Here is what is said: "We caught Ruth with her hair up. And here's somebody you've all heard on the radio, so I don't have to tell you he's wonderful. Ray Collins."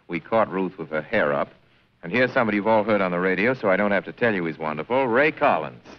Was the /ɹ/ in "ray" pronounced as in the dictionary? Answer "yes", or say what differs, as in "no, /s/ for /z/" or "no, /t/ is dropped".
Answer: yes